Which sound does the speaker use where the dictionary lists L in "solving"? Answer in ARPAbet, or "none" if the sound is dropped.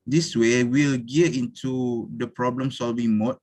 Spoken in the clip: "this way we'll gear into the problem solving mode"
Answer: L